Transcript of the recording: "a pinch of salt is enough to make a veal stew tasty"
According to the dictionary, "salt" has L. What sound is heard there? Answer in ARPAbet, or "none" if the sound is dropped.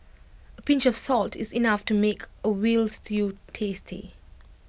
L